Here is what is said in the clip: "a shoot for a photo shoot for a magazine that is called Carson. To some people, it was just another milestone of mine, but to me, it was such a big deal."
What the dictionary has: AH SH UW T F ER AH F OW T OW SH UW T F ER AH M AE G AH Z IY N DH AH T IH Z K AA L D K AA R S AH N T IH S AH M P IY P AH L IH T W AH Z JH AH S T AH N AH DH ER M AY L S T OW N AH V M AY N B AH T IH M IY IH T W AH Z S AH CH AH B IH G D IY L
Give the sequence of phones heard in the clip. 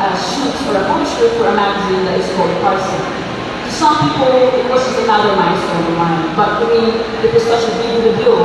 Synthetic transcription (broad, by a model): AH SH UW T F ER AH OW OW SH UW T F ER AH M AE G AH Z IY N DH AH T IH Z K AA L D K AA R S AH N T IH S AH M P IY P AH L IH T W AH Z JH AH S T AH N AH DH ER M AY S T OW AH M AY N B AH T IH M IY IH T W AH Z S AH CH AH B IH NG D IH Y